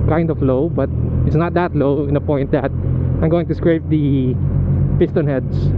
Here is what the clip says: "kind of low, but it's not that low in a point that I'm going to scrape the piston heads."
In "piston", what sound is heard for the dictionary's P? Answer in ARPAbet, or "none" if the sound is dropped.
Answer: P